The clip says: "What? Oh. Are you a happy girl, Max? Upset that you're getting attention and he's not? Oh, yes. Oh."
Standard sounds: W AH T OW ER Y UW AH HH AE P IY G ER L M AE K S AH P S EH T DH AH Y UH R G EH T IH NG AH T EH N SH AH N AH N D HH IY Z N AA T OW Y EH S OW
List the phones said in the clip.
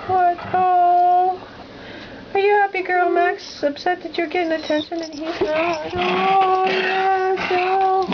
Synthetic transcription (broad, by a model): W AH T OW ER Y AH HH AE P IY G ER L M AE K S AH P S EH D DH AH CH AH R G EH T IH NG AH T EH N SH AH N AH N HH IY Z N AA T OW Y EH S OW